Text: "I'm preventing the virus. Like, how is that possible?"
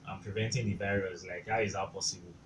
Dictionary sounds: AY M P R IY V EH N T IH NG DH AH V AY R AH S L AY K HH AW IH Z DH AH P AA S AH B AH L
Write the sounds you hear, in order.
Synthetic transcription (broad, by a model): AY M P R IY V EH N T IH NG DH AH B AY R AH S L AY K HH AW IH Z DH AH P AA S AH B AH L